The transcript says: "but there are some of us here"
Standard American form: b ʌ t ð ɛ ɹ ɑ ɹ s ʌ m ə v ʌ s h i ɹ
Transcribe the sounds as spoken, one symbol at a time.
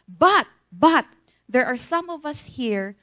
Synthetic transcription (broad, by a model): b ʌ t ð ɛ ɹ ɑ ɹ s ʌ m ə v ʌ s h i ɹ